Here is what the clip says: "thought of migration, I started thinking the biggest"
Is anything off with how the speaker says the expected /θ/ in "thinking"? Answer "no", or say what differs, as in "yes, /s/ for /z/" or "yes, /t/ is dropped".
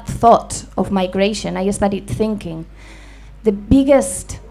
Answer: no